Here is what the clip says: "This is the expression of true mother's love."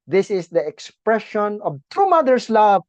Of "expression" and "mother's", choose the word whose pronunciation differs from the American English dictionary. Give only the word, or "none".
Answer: mother's